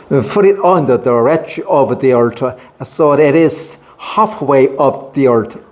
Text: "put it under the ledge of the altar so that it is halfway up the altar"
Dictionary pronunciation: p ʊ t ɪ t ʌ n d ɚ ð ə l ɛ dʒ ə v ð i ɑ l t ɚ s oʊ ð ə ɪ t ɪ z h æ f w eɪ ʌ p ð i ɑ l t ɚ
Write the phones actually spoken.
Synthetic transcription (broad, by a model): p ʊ t ɪ t ʌ n d ɚ ð ə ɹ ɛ tʃ ə v ð i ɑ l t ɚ s oʊ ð ɪ t ɪ z h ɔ f w eɪ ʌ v ð i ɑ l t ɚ